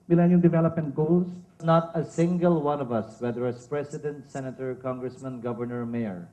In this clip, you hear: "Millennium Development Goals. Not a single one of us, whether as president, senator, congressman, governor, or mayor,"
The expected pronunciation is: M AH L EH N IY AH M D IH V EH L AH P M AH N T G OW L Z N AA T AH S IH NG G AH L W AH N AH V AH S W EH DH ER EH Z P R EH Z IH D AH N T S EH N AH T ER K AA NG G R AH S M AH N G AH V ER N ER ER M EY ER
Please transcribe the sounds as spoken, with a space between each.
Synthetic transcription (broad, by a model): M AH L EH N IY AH D IH V EH L AH P M AH N T G OW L S N AA T AH S IH NG G AH L W AH N AH V AH S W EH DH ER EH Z P R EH S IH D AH N T S EH N AH T ER K AA NG G R AH S M AH N G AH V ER N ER ER M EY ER